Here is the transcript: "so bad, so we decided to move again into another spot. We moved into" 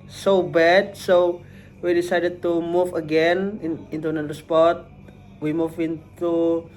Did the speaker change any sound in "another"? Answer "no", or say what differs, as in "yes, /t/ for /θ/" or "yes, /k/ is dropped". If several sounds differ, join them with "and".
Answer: yes, /ð/ is dropped